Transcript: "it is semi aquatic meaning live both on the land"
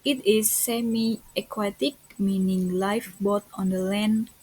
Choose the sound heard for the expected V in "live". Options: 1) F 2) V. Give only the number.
1